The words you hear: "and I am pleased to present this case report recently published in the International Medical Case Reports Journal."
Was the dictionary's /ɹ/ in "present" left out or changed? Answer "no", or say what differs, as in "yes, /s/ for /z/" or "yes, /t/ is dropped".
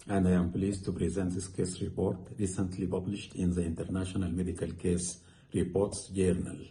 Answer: no